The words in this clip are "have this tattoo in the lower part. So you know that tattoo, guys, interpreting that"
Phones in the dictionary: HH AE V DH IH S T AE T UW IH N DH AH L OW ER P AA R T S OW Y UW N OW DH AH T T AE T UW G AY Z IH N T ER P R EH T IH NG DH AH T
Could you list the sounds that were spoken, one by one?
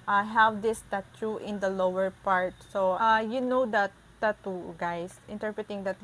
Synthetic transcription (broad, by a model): HH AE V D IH S T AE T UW IH N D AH L OW ER P AA R T S OW Y UW N OW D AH T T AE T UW G AY S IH N T ER P R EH T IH NG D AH T